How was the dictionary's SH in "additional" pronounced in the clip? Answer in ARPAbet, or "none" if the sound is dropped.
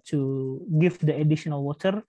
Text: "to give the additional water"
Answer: SH